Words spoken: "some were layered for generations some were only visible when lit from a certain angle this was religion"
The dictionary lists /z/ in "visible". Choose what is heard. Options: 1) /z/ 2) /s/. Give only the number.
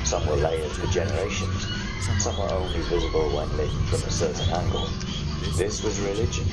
1